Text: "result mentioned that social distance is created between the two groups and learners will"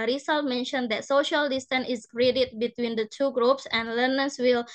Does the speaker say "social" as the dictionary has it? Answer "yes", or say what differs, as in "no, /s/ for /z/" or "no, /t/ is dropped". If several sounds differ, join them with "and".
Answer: yes